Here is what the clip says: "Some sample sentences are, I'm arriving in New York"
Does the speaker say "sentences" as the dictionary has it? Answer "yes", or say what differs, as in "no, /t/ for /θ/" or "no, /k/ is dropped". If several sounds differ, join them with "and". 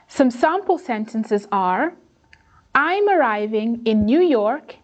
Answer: yes